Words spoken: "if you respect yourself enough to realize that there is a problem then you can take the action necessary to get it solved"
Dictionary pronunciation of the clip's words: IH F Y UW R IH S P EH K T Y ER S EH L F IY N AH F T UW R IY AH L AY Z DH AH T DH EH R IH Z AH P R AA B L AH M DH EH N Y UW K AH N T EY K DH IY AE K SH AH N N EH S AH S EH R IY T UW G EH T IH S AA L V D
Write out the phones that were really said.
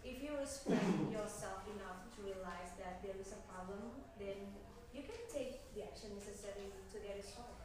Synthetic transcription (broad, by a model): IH F Y UW W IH S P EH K Y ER S EH L F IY N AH F T UW R IY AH L AY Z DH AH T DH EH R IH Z AH P R AA B L AH M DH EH N Y UW K AH N T EY K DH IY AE K SH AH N N EH S AH S EH R IY T UW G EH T IH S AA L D